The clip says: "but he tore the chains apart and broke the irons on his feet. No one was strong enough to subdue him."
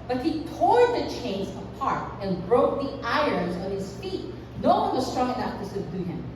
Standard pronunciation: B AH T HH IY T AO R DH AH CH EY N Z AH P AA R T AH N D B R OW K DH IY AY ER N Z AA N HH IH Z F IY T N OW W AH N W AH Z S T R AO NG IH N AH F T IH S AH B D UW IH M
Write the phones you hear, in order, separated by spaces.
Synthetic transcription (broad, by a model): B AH T HH IY T AO R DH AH CH EY N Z AH P AA R T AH N B R OW K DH IY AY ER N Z AA N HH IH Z F IY T N OW W AH N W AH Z S T R AO NG IH N AH F T IH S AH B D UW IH M